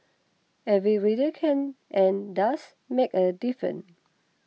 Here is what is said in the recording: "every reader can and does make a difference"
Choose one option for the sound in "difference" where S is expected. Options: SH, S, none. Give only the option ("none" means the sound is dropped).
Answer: none